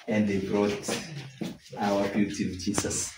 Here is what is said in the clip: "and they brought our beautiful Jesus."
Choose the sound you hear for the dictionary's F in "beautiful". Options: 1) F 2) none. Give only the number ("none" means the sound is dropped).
2